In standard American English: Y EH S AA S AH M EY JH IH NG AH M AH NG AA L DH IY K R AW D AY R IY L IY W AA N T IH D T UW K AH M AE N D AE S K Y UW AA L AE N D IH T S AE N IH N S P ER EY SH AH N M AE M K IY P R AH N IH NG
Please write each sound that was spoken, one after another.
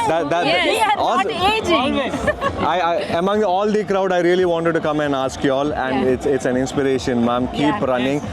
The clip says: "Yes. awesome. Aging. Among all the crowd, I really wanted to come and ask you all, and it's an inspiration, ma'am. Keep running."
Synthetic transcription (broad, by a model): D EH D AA AH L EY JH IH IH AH M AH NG AA L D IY K R AW D AY R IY L IY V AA N T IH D T UW K AH M AE N D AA S K Y UW AA L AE N D IH T S AE N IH N S P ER EY SH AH N M AE M K IY P R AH N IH NG